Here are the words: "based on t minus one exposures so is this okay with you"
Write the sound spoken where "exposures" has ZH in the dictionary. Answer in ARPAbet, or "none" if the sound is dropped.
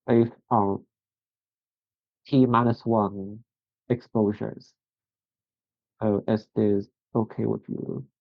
ZH